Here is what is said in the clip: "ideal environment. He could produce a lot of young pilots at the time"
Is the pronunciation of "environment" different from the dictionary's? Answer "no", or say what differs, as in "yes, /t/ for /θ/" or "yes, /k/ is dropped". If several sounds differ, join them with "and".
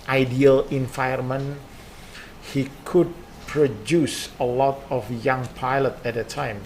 yes, /ɹ/ is dropped